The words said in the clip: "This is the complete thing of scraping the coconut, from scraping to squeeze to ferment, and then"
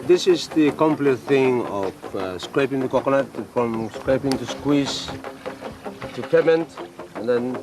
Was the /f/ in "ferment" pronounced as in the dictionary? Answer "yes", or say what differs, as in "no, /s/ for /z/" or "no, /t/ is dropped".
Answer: no, /p/ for /f/